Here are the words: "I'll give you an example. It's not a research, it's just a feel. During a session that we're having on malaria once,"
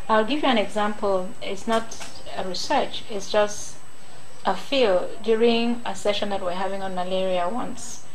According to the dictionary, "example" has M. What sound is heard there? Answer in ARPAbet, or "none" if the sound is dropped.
M